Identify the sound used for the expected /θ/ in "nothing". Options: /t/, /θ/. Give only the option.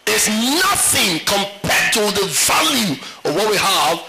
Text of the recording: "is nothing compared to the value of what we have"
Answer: /θ/